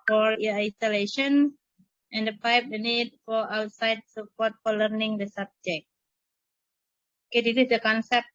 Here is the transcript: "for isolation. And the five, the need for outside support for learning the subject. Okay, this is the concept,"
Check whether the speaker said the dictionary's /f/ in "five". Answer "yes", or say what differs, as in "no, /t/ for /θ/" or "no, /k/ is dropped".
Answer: no, /p/ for /f/